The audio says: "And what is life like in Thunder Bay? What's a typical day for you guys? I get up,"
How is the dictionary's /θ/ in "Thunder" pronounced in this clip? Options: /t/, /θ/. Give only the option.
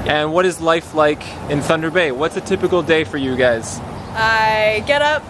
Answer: /θ/